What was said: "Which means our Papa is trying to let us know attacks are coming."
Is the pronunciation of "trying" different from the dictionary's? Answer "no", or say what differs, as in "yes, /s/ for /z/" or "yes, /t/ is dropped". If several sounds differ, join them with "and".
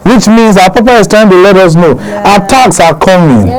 yes, /ɹ/ is dropped